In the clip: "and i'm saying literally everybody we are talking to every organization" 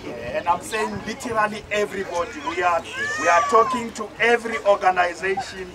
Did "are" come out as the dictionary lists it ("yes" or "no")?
no